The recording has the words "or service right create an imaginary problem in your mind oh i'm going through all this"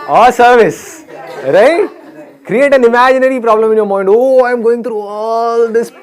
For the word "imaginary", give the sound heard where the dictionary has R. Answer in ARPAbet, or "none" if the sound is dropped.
R